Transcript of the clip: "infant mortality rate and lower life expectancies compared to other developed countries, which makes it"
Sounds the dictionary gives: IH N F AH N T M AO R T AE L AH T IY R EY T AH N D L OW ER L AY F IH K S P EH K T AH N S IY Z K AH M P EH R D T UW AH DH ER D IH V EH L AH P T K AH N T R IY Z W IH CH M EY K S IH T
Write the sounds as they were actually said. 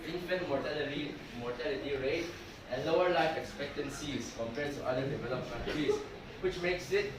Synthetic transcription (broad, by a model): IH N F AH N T M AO T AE L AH T IY R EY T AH L OW ER L AY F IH K S P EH K T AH N S IY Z K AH M P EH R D T UW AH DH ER D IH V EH L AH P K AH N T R IY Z W IH CH M EY K S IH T